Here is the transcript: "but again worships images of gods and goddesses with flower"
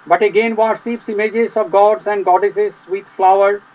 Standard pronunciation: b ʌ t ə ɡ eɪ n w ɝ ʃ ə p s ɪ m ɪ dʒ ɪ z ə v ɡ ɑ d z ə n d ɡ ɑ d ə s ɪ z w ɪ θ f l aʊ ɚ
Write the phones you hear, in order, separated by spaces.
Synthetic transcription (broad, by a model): b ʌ t ə ɡ eɪ n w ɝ s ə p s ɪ m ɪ dʒ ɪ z ə v ɡ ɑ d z ə n d ɡ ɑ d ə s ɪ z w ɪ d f l aʊ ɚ